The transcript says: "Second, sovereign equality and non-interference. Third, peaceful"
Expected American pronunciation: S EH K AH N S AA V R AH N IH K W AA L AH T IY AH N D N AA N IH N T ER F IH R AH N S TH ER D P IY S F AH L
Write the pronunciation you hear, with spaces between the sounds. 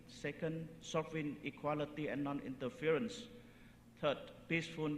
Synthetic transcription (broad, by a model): S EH K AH N S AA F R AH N IH K W AA L AH T IY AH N N AA N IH N T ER F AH R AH N S T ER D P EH S F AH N